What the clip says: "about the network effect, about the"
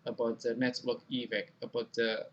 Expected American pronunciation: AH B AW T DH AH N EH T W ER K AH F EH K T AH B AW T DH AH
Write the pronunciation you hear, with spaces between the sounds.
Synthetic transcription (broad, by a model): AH B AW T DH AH N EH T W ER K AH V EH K AH B AW T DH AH